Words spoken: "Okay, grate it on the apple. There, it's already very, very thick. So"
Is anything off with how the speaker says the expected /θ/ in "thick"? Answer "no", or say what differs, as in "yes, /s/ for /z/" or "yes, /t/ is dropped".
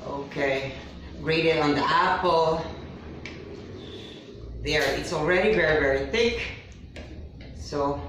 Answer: no